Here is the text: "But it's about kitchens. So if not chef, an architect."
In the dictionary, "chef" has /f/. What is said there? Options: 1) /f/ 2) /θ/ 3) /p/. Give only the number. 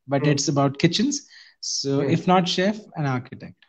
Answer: 1